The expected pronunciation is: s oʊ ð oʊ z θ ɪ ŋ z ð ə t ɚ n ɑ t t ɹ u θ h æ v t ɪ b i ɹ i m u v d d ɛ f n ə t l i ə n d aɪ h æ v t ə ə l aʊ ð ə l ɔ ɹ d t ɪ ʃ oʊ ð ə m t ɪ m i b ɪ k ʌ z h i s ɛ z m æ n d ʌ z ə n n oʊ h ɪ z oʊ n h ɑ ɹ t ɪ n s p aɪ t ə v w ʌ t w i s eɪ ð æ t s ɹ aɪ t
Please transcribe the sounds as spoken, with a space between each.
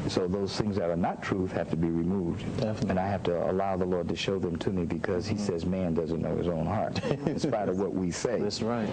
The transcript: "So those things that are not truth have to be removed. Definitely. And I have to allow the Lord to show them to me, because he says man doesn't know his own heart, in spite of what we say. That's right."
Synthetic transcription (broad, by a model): s oʊ ð oʊ z θ ɪ ŋ z ð ə t ɚ n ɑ t t ɹ u θ h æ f t ɪ b i ɹ i m u v d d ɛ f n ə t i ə h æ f t ə ə l aʊ ð ə l ɔ ɹ d t ɪ ʃ oʊ ð ə m t ɪ m i b ɪ k ʌ z h i s ɛ z m æ n d ʌ z ə n n oʊ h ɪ z oʊ n h ɑ ɹ t ɪ n s p aɪ t ə v w ʌ t w i s eɪ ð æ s ɹ aɪ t